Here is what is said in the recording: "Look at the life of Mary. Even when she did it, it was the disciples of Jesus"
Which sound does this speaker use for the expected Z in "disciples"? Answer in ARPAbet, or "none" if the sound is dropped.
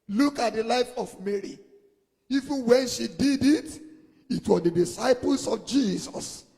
S